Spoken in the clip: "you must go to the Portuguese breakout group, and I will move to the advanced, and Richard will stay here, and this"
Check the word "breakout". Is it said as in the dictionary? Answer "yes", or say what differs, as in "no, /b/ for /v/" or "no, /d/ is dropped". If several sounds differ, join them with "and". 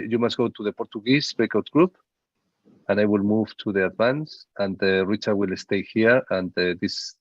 no, /ɹ/ is dropped